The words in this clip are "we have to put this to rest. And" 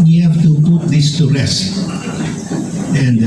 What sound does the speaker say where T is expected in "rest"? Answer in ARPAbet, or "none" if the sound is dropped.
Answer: none